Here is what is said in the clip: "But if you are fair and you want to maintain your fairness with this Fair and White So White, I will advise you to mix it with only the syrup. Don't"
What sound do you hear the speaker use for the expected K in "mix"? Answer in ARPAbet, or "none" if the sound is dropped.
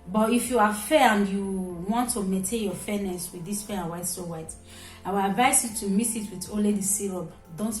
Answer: none